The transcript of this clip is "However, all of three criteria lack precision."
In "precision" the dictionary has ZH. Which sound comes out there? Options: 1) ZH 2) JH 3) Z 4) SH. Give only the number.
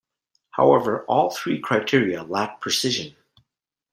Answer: 1